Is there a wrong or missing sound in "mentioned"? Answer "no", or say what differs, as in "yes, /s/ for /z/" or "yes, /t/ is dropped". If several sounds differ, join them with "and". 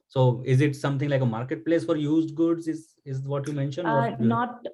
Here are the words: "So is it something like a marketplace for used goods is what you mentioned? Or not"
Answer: yes, /d/ is dropped